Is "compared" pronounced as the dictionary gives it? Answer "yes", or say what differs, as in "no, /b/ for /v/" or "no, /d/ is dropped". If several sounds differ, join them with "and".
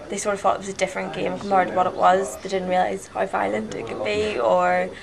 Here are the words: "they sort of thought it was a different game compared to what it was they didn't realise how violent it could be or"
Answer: no, /p/ is dropped